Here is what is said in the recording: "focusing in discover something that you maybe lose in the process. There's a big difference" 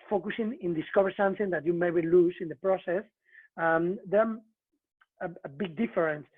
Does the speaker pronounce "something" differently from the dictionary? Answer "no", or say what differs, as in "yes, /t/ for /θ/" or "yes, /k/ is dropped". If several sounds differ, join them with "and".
no